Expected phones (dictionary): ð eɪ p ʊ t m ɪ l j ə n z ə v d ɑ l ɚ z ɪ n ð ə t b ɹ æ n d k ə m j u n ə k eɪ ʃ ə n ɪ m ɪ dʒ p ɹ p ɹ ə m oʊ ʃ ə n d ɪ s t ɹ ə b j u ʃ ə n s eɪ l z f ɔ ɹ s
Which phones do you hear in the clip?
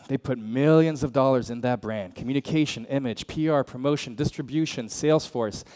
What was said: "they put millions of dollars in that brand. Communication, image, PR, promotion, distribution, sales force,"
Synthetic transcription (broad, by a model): ð eɪ p ʊ t m ɪ l j ə n z ə v d ɑ l ɚ z ɪ n ð ə t b ɹ æ n d k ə m j u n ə k eɪ ʃ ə n ɪ m ɪ dʒ p ɹ p ɹ ə m oʊ ʃ ə n d ɪ s t ɹ ə b j u ʃ ə n s eɪ l z f ɔ ɹ s